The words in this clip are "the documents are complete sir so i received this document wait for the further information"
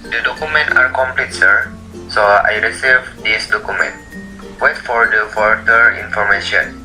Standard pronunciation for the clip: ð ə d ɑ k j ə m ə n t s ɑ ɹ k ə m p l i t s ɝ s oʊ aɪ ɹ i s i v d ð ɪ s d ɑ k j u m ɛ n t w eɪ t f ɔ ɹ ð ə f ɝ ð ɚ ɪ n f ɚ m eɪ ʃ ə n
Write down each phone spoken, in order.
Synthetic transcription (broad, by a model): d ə d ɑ k j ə m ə n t ɑ ɹ k ə m p l i t s ɝ s oʊ aɪ ɹ i s i v d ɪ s d ɑ k j u m ɛ n t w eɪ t f ɔ ɹ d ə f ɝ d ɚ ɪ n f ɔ m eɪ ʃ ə n